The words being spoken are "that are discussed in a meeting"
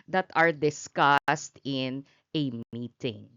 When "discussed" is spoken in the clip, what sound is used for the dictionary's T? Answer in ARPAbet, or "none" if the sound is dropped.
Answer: T